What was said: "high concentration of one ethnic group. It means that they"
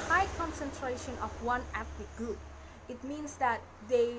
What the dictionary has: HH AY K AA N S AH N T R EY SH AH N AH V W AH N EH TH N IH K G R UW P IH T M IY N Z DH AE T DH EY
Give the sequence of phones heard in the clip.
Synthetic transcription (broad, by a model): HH AY K AA N S AH N T R EY SH AH N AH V W AH N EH T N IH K G R UW P IH T M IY N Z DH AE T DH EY